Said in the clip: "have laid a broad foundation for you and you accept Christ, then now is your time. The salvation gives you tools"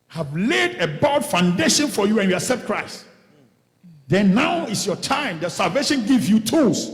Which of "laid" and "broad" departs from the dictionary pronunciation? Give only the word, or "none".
broad